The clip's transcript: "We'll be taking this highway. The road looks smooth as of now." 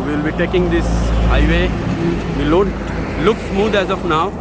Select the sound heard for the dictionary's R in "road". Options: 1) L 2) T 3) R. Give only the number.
1